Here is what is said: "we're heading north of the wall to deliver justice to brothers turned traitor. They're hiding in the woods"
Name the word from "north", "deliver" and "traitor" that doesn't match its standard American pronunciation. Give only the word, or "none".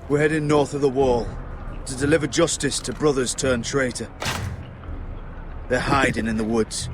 none